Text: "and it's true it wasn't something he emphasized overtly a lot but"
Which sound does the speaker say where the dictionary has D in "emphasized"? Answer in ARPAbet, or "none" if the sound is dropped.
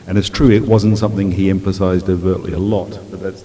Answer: D